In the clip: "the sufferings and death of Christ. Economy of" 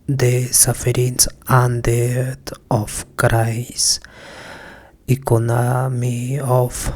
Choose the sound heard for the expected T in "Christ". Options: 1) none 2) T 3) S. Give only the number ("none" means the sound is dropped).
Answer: 1